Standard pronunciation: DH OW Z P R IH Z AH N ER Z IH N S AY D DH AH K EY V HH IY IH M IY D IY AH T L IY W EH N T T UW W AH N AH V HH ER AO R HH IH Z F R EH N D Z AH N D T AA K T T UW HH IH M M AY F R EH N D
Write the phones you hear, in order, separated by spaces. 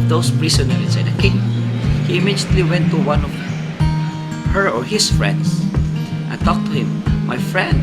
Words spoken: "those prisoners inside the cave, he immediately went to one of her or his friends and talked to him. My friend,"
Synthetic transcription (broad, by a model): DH OW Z P R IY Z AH N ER IH S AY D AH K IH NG HH IY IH M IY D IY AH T L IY W EH N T T UW W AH N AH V HH ER AO R HH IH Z F R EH N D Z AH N T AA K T T UW HH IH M M AY F R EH N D